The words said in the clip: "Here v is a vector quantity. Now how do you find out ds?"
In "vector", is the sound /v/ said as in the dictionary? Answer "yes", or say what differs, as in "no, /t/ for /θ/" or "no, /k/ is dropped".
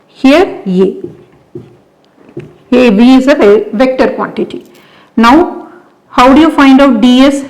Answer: yes